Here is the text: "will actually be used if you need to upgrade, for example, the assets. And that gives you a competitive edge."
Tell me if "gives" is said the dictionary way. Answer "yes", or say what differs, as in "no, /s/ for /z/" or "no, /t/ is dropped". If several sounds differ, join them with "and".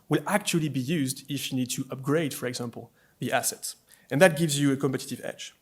yes